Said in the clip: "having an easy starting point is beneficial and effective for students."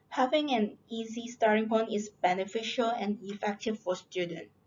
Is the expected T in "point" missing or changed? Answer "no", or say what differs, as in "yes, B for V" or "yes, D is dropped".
yes, T is dropped